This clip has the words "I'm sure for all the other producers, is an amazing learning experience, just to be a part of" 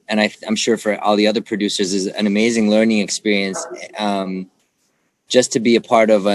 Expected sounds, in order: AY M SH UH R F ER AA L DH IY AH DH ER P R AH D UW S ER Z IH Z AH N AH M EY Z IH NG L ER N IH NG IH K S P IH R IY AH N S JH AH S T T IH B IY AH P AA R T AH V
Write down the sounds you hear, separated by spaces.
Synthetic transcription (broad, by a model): AY M SH UH R F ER AA L DH IY AH DH ER P R AH D UW S ER Z IH Z AH N AH M EY Z IH NG L ER N IH NG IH K S P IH R IY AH N S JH AH S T T IH B IY AH P AA R T AH V